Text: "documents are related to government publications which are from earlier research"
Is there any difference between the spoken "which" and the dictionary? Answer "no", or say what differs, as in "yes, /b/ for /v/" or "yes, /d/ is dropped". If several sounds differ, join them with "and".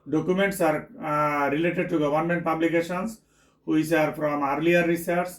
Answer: yes, /s/ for /tʃ/